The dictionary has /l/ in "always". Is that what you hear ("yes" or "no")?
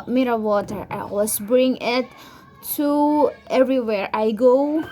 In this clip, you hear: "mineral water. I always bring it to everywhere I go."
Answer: no